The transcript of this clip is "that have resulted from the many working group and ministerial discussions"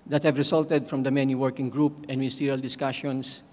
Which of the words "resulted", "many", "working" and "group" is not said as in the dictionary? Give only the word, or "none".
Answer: resulted